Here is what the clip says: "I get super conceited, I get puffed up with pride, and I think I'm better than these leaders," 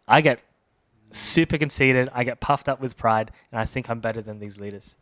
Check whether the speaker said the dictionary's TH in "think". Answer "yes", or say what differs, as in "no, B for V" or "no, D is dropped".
yes